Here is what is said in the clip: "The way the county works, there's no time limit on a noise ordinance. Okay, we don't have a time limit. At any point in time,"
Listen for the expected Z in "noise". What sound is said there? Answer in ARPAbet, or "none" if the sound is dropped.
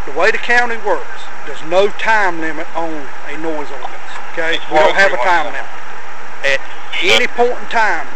Z